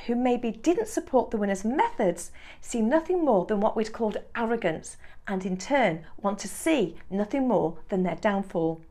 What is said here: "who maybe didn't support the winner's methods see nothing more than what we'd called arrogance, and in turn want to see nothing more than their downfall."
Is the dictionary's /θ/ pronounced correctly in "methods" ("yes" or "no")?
yes